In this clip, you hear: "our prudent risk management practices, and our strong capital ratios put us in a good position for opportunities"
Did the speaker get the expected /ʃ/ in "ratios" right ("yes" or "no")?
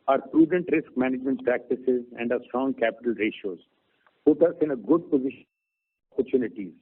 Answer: yes